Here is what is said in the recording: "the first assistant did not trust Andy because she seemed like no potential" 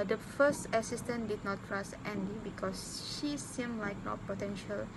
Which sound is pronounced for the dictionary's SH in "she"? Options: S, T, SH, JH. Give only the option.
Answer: SH